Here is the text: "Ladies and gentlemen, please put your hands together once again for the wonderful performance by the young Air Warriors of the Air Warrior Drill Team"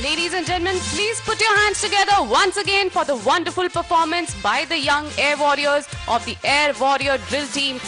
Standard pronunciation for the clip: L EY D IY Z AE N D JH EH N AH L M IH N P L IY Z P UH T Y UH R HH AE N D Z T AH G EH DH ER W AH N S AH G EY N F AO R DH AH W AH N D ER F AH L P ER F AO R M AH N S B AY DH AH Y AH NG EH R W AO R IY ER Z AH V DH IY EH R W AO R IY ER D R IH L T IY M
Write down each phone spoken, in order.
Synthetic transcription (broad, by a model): L EY D IY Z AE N JH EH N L M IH N P L IY Z P UH T Y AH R HH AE N D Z T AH G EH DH ER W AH N S AH G EY N F AO R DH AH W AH N D ER F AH L P ER F AO R M AH N S B AY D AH Y AH NG EH R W AO R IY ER Z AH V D IY EH R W AO R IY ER D R IH L T IY M